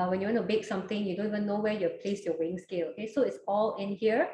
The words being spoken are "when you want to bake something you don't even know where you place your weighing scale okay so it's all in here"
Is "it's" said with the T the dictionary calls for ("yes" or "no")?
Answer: yes